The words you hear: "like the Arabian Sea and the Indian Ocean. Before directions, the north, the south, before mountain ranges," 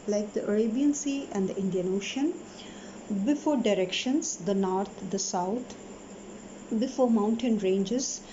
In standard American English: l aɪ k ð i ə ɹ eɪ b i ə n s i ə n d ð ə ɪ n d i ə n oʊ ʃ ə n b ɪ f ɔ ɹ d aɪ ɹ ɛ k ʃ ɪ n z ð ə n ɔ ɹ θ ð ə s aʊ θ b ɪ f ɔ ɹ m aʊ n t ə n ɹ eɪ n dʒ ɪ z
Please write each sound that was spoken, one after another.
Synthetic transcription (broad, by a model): l aɪ k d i ə ɹ eɪ b i ə n s i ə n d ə ɪ n d i ə n oʊ ʃ ə n b ɪ f ɔ ɹ d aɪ ɹ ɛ k ʃ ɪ n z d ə n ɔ ɹ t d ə s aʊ t b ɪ f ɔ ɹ m aʊ n t ə n ɹ eɪ n dʒ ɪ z